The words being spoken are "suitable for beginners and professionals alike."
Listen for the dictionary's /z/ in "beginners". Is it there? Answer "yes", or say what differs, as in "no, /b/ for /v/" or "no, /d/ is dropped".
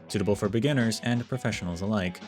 yes